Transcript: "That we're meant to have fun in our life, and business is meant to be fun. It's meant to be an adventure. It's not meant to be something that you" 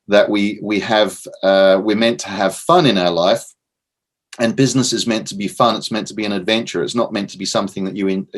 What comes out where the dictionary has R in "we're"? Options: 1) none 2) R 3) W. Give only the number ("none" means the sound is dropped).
3